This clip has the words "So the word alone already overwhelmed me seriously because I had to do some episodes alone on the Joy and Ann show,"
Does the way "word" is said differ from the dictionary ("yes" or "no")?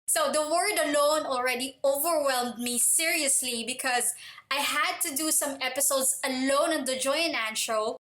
no